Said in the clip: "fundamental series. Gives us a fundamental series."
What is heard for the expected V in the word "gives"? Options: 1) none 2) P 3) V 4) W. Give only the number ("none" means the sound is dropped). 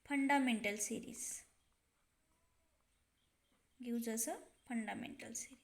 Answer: 4